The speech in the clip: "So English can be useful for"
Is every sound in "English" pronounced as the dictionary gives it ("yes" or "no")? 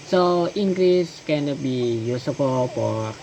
no